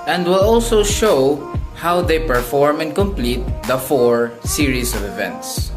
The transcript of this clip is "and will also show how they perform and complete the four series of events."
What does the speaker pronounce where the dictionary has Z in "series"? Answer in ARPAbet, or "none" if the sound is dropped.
S